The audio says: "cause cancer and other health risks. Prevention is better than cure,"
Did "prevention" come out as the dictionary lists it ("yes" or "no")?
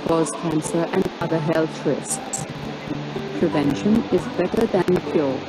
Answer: yes